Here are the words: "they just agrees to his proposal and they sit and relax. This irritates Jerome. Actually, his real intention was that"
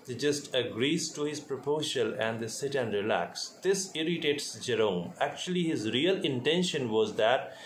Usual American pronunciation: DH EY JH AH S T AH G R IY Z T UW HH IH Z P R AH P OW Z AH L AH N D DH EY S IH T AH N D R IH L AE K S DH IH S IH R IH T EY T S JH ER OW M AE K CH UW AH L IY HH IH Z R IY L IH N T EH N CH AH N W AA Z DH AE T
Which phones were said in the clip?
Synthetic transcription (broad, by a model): JH AH S T AH G R IY Z T UW HH IH Z P R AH P OW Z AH L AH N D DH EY S IH T AH N D R IH L AE K S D IH S IH R IH T EY T S JH ER OW M AE K CH UW AH L IY HH IH Z R IY L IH N T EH N SH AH N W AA Z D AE T